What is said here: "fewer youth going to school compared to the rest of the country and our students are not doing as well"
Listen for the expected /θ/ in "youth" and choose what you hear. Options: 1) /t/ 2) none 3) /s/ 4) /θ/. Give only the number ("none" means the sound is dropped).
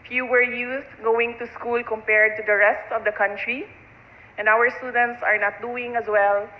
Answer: 3